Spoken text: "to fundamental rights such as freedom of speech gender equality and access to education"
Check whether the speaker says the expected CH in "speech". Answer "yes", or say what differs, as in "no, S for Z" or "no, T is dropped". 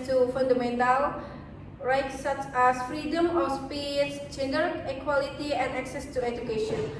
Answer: no, S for CH